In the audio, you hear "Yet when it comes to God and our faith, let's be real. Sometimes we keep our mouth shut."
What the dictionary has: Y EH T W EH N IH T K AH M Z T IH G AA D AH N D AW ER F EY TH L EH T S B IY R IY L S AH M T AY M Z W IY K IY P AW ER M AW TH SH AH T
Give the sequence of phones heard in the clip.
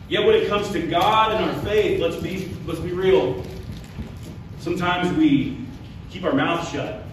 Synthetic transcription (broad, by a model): Y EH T W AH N IH T K AH M Z T IH G AA D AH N AW ER F EY TH L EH T S B IY R IY L S AH M T AY M Z W IY K IY P AW ER M AW TH SH AH T